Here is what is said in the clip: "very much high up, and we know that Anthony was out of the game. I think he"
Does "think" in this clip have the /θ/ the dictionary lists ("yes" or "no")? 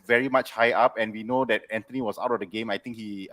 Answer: no